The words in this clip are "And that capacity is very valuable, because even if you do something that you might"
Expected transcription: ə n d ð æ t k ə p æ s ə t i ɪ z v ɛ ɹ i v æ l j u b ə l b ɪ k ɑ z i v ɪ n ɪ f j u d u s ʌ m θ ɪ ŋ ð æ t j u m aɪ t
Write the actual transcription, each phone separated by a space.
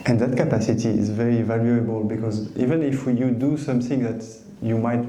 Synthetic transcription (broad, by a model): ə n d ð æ t k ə p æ s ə t i ɪ z v ɛ ɹ i v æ l j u b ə l b ɪ k ɑ z i v ɪ n ɪ f j u d u s ʌ m θ ɪ ŋ ð æ t j u m aɪ t